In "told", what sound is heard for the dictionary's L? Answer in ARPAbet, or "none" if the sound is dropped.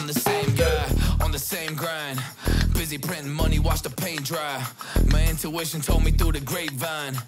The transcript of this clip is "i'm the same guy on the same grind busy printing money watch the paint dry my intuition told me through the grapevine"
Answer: L